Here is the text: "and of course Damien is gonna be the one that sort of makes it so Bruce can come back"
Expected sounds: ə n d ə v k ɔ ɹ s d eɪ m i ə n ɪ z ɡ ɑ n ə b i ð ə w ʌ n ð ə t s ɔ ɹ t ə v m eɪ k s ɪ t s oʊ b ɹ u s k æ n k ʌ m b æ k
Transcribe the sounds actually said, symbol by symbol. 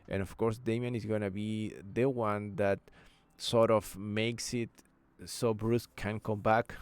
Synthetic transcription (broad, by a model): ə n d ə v k ɔ ɹ s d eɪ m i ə n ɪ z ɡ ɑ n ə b i ð ə w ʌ n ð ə t s ɔ ɹ t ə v m eɪ k s ɪ t s oʊ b ɹ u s k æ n k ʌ m b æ k